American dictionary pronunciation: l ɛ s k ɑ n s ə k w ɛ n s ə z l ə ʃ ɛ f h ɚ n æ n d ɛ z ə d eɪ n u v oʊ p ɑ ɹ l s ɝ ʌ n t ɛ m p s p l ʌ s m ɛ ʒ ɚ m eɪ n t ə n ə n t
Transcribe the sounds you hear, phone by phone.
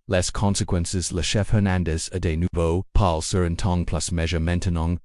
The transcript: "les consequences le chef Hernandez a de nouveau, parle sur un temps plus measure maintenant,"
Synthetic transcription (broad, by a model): l ɛ s k ɑ n s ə k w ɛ n s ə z l ə ʃ ɛ f h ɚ n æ n d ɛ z ə d eɪ n u v oʊ p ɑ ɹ l s ɝ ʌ n t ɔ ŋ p p l ʌ s m ɛ ʒ ɚ m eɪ n t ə n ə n